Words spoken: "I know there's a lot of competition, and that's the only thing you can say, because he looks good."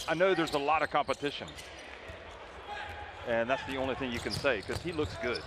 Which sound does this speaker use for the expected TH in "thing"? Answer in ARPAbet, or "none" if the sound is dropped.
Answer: TH